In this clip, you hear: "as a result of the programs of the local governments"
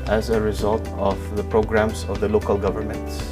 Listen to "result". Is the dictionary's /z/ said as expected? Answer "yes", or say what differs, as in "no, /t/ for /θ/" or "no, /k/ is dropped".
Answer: yes